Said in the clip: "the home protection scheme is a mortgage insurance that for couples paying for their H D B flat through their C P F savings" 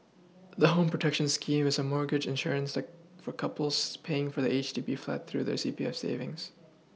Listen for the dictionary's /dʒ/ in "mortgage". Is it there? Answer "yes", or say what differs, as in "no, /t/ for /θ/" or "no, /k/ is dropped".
yes